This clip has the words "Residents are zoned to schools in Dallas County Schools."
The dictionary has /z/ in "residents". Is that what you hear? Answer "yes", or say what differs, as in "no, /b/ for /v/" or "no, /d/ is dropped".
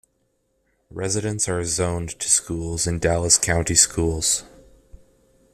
yes